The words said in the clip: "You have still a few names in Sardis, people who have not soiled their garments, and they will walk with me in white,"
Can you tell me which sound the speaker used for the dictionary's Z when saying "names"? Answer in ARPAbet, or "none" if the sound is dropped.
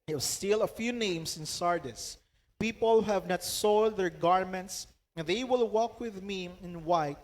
S